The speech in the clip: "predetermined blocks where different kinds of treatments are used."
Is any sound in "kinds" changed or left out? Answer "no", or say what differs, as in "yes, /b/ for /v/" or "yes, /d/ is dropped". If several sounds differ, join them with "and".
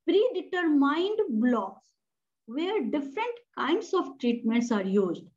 yes, /s/ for /z/